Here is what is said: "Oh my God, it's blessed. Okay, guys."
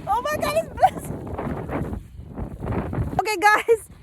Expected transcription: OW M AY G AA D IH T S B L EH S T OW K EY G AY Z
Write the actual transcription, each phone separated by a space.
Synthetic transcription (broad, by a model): OW M AY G AA IH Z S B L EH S OW K EY G AY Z